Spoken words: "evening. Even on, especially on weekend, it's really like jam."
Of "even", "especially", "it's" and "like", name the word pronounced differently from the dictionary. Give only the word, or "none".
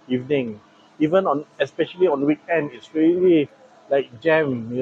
none